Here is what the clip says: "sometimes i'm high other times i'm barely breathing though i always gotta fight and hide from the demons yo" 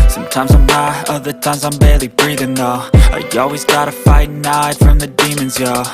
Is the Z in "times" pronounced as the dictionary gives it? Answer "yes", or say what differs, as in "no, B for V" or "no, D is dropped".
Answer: yes